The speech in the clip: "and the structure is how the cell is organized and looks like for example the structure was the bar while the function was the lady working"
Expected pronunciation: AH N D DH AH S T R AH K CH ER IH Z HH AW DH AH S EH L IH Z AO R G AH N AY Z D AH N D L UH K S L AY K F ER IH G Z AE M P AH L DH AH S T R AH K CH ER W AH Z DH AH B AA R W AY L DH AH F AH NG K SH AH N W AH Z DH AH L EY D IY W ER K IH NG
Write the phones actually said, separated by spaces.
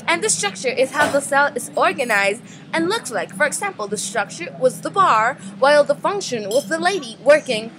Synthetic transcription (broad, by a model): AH N DH AH S T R AH K CH ER IH Z HH AW DH AH S EH L IH Z AO R G AH N AY Z D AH N L UH K S L AY K F ER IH G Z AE M P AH L DH AH S T R AH K CH ER W AH Z DH AH B AA R W AY L DH AH F AH NG K SH AH N W AH Z DH AH L EY D IY W ER K IH NG